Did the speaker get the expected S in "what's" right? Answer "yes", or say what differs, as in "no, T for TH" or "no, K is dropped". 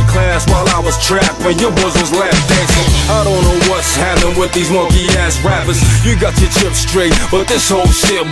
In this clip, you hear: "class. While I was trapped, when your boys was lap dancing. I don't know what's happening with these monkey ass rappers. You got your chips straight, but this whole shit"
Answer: yes